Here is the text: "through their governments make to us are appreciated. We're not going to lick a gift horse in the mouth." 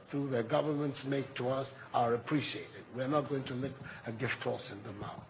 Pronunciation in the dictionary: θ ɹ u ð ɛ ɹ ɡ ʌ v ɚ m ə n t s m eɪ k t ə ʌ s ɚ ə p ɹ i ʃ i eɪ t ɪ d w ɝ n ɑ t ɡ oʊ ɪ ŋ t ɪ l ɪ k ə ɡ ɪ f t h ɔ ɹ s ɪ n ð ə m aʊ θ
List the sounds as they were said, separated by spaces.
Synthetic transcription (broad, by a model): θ ɹ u ð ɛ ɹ ɡ ʌ v ɚ m ə n t s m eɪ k t ə ʌ s ɚ ə p ɹ i ʃ i eɪ t ɪ d w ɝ n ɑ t ɡ oʊ ɪ ŋ t ɪ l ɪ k ə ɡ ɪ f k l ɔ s ɪ n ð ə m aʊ